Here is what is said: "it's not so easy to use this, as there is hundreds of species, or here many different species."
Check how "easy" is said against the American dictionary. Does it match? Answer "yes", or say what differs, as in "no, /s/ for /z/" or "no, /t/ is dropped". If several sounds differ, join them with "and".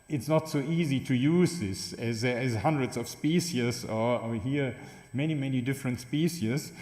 yes